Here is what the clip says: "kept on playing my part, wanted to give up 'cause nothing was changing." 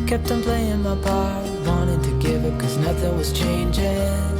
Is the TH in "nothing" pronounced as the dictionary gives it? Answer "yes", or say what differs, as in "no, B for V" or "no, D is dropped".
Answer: yes